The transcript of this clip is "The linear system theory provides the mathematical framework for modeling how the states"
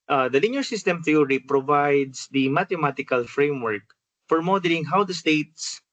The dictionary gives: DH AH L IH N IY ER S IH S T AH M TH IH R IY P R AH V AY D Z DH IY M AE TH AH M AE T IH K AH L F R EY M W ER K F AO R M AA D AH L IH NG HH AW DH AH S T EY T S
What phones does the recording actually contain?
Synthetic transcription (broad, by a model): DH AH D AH L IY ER S IH S T AH M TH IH R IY P R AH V AY D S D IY M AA T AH M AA T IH K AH L F R EY M W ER K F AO R M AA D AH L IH NG HH AW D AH S T EY T S